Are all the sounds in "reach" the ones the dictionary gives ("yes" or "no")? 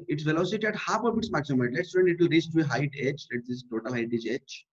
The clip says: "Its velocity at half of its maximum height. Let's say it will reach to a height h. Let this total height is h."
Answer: no